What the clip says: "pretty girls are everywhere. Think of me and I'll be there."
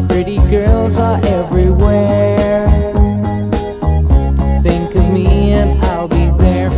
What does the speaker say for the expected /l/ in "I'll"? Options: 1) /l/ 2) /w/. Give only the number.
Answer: 1